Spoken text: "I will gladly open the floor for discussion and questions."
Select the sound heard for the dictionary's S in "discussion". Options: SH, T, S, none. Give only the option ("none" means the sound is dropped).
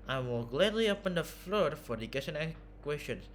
none